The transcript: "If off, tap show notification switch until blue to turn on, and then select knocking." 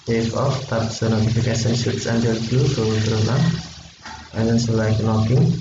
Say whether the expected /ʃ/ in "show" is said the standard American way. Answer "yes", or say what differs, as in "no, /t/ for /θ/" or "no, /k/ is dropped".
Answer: no, /s/ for /ʃ/